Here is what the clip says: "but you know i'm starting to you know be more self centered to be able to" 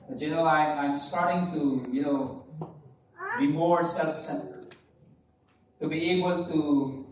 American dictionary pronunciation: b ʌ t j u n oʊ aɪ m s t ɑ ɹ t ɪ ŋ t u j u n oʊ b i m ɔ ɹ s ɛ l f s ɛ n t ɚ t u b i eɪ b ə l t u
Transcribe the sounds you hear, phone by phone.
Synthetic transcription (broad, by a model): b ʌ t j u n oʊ aɪ m s t ɑ ɹ t ɪ ŋ t u j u n oʊ b i m ɔ ɹ s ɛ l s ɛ t t u b i eɪ b ə l t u